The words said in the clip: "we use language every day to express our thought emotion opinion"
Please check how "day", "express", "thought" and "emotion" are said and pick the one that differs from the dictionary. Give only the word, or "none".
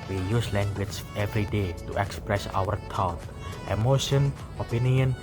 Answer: thought